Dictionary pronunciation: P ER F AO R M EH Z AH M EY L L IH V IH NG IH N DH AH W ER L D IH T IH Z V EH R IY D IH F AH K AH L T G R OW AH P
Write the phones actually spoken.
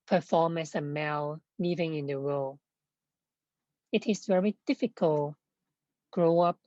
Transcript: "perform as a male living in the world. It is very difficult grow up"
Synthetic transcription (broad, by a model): P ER F AO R M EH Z AH M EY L L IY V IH NG IH N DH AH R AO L IH T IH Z V EH R IY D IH F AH K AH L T G R OW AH P